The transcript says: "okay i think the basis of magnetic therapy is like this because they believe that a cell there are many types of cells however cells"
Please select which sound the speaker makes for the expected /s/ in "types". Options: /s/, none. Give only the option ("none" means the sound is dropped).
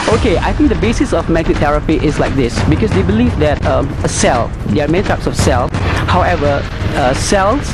/s/